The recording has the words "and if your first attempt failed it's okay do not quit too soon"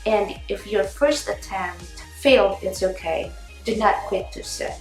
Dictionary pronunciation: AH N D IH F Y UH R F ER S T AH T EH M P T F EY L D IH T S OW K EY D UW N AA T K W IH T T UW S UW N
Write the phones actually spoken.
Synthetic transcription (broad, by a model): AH N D IH F Y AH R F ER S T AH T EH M T F EY L D IH T S OW K EY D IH N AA T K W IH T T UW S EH